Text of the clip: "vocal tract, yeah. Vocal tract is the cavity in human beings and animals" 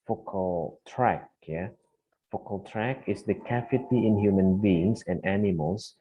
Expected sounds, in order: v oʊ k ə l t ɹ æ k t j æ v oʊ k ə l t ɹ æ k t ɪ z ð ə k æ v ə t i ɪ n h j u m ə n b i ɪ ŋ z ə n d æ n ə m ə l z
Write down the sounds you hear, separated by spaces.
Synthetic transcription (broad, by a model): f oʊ k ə l t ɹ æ k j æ f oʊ k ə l t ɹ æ k ɪ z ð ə k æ f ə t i ɪ n h j u m ə n b i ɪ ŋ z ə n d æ n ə m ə l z